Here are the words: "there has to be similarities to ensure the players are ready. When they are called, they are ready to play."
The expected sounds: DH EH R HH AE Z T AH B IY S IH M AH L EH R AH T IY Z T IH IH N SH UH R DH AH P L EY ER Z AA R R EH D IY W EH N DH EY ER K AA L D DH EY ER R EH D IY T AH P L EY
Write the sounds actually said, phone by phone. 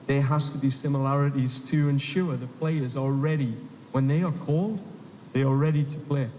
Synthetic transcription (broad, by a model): DH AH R HH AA S T AH B IY S IH M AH L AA R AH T IY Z T IH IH N SH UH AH DH AH P L EY ER Z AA L R EH D IY W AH N DH EY ER K AA L D DH EY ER R EH D IY T AH P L EY